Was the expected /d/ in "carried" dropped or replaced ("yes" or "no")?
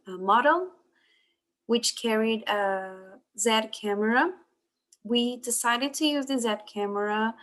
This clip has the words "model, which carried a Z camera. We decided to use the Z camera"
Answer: no